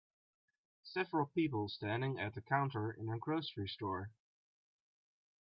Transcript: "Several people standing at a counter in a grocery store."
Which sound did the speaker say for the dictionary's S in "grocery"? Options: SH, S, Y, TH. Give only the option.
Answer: S